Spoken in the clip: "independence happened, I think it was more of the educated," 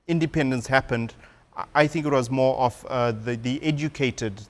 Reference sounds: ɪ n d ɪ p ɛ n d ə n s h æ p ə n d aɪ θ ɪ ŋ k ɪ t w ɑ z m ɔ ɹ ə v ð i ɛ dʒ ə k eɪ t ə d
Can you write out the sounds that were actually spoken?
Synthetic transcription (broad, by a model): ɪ n d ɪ p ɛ n d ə n s h æ p ə n d aɪ θ ɪ ŋ k ɪ t w ɑ z m ɔ ɹ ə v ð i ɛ dʒ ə k eɪ t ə d